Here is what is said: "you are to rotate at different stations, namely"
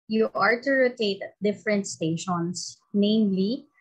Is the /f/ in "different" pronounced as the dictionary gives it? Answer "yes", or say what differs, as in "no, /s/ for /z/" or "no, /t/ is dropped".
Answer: yes